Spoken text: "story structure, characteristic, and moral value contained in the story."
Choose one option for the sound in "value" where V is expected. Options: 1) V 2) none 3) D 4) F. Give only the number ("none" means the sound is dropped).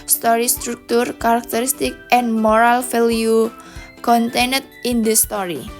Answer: 4